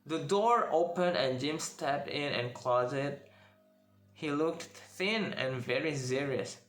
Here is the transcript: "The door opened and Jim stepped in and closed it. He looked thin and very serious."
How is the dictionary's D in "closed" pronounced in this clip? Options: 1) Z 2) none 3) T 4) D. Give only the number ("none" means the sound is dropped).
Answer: 2